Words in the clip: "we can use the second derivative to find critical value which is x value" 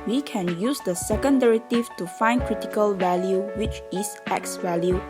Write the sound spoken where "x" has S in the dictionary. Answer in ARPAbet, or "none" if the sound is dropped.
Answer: S